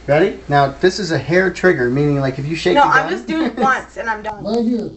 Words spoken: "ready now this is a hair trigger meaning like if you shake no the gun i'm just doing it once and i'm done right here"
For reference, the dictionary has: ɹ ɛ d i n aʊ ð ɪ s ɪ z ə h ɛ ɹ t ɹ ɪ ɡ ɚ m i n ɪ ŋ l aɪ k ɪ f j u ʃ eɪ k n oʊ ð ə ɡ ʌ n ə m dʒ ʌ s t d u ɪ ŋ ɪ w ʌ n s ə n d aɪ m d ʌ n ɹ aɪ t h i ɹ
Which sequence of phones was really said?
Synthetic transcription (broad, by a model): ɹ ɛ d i n aʊ ð ɪ s ɪ z ə h ɛ ɹ t ɹ ɪ ɡ ɚ m i n ɪ ŋ l aɪ k ɪ f j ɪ ʃ eɪ n oʊ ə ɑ ə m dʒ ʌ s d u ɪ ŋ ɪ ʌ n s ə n aɪ m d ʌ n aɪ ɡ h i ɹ